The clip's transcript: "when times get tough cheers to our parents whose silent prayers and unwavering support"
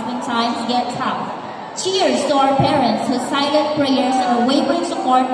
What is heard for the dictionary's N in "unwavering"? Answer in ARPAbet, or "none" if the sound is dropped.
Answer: none